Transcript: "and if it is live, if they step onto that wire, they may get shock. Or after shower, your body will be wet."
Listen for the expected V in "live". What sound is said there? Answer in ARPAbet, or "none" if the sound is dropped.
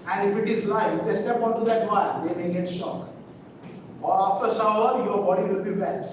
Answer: none